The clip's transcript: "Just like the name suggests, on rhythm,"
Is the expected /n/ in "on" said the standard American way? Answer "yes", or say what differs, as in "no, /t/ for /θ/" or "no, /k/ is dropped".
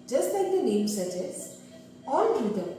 no, /l/ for /n/